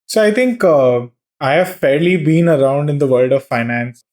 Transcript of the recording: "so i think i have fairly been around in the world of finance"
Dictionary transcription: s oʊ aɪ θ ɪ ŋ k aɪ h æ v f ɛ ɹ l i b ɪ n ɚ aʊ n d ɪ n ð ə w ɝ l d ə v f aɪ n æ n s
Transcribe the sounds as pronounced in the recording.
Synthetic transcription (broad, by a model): s oʊ aɪ t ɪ ŋ k aɪ h æ v f ɛ ɹ l i b ɪ n ɚ aʊ n d ɪ n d ə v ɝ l d ə v f aɪ n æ n s